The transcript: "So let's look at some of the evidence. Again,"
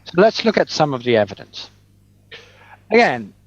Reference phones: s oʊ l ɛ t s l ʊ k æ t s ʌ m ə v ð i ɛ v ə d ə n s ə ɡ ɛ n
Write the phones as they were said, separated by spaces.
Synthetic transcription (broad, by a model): s oʊ l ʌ t s l ʊ k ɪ t s ʌ m ə v ð i ɛ v ə d ə n s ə ɡ ɛ n